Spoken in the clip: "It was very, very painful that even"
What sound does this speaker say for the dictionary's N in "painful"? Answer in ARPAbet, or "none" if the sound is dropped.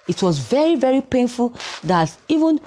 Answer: N